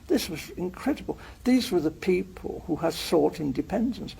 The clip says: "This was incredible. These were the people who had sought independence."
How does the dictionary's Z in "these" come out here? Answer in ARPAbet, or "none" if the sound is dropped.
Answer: Z